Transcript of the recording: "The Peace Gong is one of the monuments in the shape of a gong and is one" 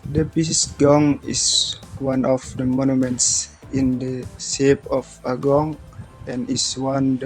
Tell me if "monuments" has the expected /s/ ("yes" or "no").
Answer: yes